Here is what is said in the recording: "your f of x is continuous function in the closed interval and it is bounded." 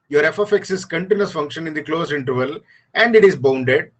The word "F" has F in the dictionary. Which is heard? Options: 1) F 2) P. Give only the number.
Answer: 1